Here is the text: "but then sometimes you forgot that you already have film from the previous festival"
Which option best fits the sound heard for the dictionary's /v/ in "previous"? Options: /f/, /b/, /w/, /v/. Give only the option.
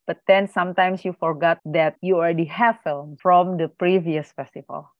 /v/